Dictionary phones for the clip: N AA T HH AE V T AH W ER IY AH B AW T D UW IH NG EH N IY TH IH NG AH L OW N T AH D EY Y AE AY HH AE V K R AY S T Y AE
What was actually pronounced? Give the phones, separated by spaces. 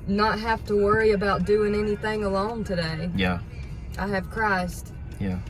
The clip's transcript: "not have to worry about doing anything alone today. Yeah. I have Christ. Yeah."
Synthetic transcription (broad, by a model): N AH T HH AE F T AH W ER IY AH B AW T D UW IH NG EH N IY TH IH NG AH L OW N T AH D EY Y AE AY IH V K R AY S T Y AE